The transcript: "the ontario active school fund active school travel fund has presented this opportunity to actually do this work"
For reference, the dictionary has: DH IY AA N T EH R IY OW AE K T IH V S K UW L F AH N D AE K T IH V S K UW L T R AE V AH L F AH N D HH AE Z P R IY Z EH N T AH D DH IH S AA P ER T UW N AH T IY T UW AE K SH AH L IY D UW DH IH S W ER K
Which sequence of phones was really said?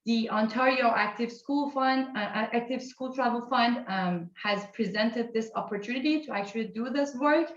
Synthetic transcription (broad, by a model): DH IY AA N T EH R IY OW AE K T IH V S K UW L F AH N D AE K T IH V S K UW L T R AE V AH L F AH N D HH AE Z P R IY Z EH N T AH D DH IH S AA P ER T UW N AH T IY T UW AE K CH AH L IY D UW DH IH S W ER K